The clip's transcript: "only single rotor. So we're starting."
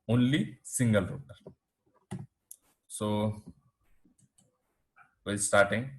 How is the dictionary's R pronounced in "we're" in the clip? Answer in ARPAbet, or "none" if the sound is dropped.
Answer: L